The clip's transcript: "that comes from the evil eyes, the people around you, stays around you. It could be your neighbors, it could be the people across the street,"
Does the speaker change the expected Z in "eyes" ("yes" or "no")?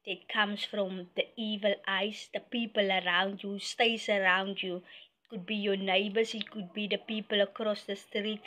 yes